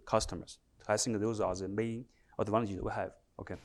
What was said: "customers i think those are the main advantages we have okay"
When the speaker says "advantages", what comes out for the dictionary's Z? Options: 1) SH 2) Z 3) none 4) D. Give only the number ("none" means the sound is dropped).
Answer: 3